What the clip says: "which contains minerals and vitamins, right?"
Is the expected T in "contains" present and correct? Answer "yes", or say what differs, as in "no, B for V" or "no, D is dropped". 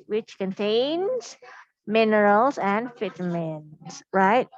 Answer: yes